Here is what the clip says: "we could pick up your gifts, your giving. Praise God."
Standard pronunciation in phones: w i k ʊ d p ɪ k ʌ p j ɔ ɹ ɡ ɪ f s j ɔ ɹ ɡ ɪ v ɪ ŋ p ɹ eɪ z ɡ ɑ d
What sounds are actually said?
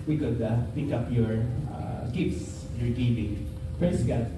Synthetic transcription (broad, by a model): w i k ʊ d p ɪ k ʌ p j ɔ ɹ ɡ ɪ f s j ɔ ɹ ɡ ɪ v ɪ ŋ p ɹ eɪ s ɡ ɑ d